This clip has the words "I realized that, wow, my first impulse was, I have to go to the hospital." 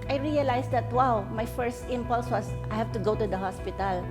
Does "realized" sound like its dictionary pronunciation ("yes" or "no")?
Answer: no